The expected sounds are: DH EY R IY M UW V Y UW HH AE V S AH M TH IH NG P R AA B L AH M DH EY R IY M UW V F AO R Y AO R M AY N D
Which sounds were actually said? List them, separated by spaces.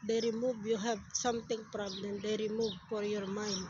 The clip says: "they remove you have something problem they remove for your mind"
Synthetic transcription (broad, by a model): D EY R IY M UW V Y UW HH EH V S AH M T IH NG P R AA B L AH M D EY R IY M UW V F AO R Y AO R M AY N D